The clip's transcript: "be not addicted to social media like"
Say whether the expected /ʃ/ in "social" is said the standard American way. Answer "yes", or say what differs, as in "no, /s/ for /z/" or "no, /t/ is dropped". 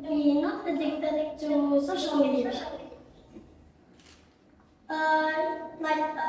no, /s/ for /ʃ/